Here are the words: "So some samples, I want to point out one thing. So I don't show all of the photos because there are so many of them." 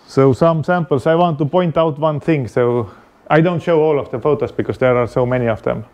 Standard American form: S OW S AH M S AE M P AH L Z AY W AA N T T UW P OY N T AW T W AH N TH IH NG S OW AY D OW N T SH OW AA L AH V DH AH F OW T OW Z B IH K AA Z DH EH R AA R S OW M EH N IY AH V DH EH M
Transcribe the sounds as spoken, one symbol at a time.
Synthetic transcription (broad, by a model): S OW S AH M S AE M P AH L S AY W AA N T T UW P OY N T AW T W AH N TH IH NG S OW AY D OW N T SH OW AA L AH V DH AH F OW T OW S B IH K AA S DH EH R AA R S OW M EH N IY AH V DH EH M